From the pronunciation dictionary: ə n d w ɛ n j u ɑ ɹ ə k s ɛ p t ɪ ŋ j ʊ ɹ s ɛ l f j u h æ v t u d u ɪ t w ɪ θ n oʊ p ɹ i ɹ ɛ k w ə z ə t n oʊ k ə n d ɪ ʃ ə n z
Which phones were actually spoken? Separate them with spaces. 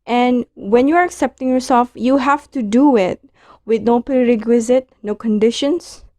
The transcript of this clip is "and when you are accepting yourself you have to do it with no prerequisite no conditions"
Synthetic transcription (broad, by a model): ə n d w ɛ n j u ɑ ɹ ə k s ɛ p t ɪ ŋ j ʊ ɹ s ɛ l f j u h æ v t u d u ɪ t w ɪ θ n oʊ p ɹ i ɹ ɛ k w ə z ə t n oʊ k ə n d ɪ ʃ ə n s